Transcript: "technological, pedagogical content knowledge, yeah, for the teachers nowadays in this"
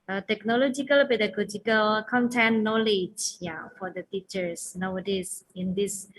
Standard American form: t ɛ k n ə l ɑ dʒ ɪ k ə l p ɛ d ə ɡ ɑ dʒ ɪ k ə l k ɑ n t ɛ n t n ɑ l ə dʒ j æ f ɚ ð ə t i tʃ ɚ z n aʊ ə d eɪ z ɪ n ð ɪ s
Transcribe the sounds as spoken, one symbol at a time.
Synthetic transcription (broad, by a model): t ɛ k n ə l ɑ dʒ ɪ k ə l b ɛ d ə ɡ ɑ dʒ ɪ k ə l k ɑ n t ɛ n n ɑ l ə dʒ j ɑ f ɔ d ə t i tʃ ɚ s n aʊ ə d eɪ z ɪ n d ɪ s